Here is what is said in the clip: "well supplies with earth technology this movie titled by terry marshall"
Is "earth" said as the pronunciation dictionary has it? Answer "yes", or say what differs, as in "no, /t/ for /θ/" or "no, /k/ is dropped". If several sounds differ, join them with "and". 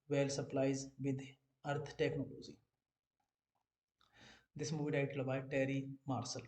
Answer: no, /t/ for /θ/